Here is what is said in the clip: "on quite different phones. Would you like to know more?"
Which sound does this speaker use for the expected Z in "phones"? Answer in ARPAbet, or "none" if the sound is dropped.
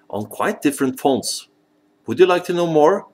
S